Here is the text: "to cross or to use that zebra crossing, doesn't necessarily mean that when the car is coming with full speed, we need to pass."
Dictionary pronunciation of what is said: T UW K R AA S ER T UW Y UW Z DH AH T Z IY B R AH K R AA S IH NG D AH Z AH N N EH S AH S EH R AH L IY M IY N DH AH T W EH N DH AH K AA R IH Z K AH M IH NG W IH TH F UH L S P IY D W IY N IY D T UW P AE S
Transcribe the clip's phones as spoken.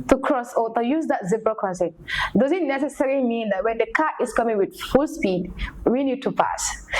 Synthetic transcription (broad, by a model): T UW K R AA S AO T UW Y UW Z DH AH T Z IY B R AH K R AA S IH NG D AH Z AH N N EH S AH S EH R AH L IY M IY N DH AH T W EH N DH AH K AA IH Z K AH M IH NG W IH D F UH L S P IY D W IY N IY D T UW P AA S